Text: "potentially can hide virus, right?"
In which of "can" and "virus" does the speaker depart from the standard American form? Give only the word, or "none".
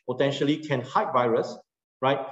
none